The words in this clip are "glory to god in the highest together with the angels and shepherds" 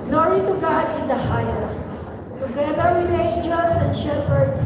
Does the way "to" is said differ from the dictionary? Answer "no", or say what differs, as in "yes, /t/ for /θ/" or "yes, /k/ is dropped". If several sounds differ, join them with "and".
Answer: no